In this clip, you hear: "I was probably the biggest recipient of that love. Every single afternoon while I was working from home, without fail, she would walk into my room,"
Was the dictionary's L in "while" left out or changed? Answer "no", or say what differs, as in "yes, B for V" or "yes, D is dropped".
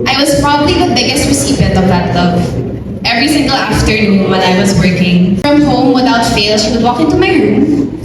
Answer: yes, N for L